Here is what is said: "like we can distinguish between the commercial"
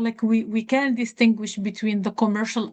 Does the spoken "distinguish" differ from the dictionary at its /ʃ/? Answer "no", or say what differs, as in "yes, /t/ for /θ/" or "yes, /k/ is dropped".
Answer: no